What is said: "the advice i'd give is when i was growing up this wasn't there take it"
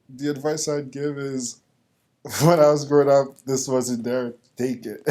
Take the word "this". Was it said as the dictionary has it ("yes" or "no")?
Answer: yes